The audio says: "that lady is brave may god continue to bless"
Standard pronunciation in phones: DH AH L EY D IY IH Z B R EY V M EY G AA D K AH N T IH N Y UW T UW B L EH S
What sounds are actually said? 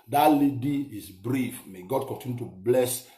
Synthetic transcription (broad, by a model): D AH L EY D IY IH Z B R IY F M EY G AA D K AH N T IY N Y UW T UW B L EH S